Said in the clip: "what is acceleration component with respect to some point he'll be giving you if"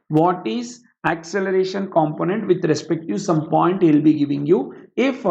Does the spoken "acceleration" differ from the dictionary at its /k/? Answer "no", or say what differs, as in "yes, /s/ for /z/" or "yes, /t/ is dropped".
no